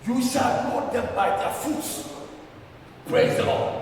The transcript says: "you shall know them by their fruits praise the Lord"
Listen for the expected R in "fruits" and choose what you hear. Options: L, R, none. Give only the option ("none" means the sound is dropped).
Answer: none